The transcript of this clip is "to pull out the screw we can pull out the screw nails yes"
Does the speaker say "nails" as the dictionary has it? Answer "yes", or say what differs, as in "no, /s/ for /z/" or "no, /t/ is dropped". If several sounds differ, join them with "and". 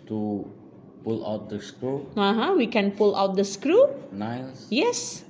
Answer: no, /s/ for /z/